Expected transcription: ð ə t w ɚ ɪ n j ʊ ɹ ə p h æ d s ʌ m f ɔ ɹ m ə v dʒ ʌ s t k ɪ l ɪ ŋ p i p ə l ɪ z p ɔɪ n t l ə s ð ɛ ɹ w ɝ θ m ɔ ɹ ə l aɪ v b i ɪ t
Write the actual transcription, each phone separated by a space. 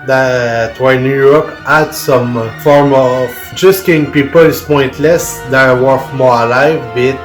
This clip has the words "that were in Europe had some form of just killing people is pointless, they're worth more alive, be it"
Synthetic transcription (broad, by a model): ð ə t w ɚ ɪ n j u ɹ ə p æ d s ʌ m f ɔ ɹ m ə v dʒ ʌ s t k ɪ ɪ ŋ p i p ə l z p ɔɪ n t l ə s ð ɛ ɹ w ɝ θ m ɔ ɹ ə l aɪ v b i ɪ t